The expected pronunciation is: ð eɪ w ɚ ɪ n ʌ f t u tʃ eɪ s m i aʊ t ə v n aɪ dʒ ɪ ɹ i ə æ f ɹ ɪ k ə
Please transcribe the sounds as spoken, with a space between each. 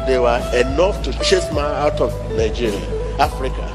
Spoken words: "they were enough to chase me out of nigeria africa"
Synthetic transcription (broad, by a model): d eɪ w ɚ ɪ n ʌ f t u tʃ eɪ s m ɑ aʊ t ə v n aɪ dʒ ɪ ɹ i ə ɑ f ɹ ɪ k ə